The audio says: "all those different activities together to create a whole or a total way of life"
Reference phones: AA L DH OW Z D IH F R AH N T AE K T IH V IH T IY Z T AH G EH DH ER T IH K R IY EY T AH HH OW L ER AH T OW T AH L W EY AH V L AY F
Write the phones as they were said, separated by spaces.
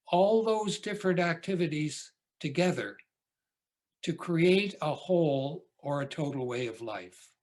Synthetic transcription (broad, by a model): AA L DH OW Z D IH F R AH N T AE K T IH V IH T IY Z T AH G EH DH ER T IH K R IY EY T AH HH OW L ER AH T OW T L W EY AH V L AY F